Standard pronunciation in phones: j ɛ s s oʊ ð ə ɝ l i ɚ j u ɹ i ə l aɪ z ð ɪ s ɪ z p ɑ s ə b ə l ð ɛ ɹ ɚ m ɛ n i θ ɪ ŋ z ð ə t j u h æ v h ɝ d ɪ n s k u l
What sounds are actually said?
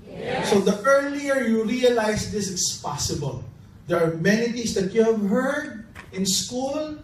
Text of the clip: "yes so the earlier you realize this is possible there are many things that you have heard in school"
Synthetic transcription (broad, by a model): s s oʊ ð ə ɝ l i ɚ j u ɹ i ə l aɪ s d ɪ s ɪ s p ɑ s ə b ə l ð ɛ ɹ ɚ m ɛ n i t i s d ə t j u h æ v h ɝ d ɪ n s k u l